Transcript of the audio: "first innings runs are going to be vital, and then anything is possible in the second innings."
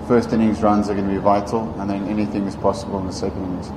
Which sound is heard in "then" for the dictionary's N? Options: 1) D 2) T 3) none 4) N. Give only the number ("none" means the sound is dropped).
4